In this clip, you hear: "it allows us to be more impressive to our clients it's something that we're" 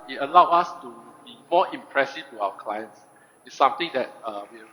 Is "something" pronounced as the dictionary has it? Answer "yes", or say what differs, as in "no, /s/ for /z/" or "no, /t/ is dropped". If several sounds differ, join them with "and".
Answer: no, /t/ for /θ/